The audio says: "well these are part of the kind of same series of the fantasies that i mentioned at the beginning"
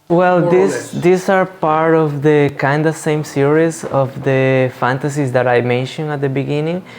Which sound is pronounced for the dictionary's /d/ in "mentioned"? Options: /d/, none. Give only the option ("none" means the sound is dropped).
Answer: none